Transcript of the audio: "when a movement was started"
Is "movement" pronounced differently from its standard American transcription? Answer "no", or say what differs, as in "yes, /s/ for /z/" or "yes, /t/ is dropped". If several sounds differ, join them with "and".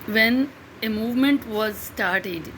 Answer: no